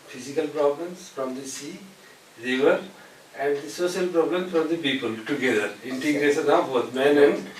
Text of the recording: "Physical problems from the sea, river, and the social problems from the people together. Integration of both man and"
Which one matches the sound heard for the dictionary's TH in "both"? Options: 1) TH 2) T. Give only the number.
2